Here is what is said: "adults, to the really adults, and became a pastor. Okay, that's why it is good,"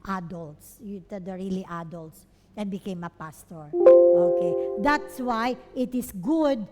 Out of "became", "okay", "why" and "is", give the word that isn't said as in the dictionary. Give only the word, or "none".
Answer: is